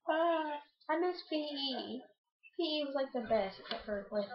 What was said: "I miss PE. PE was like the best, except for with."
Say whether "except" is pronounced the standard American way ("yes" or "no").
no